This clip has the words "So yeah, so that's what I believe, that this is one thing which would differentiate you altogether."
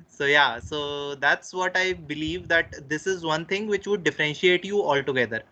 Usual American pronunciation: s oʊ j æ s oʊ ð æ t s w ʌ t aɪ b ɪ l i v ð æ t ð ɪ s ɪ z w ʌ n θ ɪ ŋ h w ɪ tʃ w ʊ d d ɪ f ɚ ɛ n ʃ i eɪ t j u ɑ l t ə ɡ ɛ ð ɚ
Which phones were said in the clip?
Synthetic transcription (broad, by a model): s oʊ j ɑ s oʊ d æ t s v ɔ t aɪ b ɪ l i v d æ t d ɪ s ɪ z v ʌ n t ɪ ŋ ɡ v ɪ tʃ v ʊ d d ɪ f ɚ ɛ n ʃ i eɪ t j u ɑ l t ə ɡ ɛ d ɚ